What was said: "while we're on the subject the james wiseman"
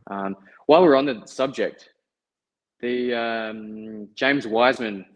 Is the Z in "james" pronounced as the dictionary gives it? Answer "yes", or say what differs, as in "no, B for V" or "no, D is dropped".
yes